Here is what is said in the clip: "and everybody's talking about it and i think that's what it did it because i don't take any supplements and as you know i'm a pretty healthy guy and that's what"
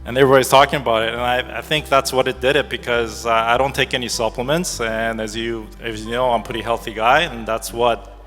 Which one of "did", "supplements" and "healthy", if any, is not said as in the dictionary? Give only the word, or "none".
none